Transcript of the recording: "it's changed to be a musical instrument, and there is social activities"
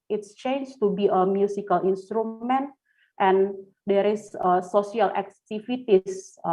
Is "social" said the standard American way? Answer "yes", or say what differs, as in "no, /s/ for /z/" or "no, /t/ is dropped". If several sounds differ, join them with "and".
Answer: no, /s/ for /ʃ/